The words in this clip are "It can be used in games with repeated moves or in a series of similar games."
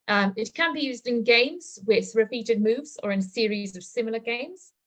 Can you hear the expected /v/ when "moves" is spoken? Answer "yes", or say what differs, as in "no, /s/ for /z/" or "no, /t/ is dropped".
yes